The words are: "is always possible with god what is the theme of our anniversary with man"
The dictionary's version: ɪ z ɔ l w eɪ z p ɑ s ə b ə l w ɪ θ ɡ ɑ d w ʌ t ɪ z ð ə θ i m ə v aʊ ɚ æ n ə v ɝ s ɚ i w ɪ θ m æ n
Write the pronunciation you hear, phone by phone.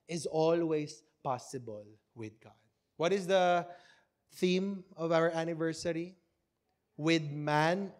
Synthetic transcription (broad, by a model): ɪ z ɔ l w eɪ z p ɑ s ə b ə l w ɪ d ɡ ɑ d w ʌ t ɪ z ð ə θ i m ə v aʊ ɚ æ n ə v ɝ s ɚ i w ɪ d m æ n